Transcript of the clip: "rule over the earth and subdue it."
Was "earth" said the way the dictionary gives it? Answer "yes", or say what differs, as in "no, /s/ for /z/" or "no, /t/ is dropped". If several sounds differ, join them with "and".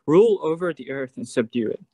yes